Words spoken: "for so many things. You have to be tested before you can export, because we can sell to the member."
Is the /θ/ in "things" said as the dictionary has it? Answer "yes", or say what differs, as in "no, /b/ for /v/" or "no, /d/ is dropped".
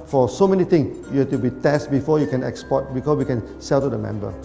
no, /t/ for /θ/